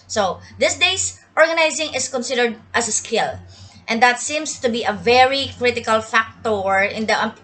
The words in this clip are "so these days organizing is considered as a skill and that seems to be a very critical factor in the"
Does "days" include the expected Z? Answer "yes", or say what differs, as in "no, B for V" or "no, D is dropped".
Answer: no, S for Z